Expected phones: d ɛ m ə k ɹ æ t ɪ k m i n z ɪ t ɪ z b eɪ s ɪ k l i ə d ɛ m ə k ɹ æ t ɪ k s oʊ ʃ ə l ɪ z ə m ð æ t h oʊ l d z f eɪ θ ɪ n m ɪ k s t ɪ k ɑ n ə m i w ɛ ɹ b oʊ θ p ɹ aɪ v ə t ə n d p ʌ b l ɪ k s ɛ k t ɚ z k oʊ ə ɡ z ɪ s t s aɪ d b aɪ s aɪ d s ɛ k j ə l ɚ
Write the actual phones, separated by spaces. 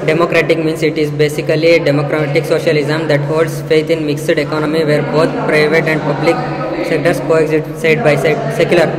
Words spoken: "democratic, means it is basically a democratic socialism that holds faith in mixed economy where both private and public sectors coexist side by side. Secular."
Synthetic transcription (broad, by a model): d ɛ m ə k ɹ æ t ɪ k m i n s ɪ t ɪ z b eɪ s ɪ k l i ə d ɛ m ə k ɹ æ t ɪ k s oʊ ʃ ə l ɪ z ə m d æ t h oʊ l d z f eɪ t ɪ n m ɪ k s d ɪ k ɑ n ə m i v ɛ ɹ b oʊ t p ɹ aɪ v ə t ə n d p ʌ b l ɪ k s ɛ k t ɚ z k oʊ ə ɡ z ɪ t s aɪ d b aɪ s aɪ d s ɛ k j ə l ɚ